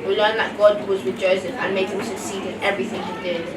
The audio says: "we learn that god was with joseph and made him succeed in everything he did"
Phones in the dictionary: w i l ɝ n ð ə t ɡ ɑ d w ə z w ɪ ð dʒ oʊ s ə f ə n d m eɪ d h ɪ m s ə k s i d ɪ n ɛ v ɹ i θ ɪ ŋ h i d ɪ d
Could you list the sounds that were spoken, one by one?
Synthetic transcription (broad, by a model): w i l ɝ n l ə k ɡ ɑ d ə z w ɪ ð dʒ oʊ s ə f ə n m eɪ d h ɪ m s ə k s i d ɪ n ɛ v ɹ i θ ɪ ŋ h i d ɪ